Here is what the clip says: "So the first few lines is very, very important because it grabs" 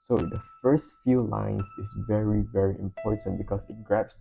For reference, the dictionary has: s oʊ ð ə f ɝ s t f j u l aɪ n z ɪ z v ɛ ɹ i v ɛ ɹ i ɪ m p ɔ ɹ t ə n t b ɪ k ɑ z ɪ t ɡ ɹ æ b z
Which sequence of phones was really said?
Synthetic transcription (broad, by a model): s oʊ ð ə f ɝ s t f j u l aɪ n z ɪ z v ɛ ɹ i v ɛ ɹ i ɪ m p ɔ ɹ t ə n t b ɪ k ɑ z ɪ t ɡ ɹ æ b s